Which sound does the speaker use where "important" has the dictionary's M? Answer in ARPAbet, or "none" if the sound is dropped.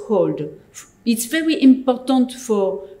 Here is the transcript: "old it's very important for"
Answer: M